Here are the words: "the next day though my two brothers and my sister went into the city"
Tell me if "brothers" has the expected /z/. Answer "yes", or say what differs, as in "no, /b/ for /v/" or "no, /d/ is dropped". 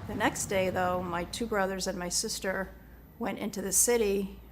yes